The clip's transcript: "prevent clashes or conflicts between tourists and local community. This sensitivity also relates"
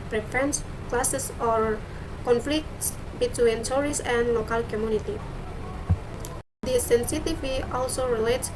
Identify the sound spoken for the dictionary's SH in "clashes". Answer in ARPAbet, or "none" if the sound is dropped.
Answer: S